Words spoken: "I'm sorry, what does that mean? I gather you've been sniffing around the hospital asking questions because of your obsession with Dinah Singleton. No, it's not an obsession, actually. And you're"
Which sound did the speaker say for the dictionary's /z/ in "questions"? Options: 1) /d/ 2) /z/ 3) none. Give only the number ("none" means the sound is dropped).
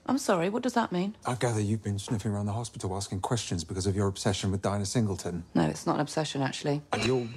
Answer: 2